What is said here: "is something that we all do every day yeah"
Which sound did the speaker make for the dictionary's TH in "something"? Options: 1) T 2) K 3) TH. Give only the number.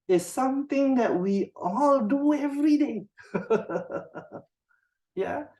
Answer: 1